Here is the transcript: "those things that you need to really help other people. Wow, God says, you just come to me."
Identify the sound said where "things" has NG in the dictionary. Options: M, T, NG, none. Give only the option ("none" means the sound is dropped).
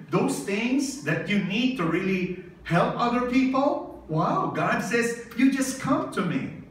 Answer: NG